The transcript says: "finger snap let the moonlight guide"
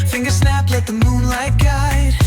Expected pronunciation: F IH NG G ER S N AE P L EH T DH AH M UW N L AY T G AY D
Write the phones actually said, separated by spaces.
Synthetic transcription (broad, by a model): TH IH NG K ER S N AE P L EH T DH AH M UW N L AY T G AY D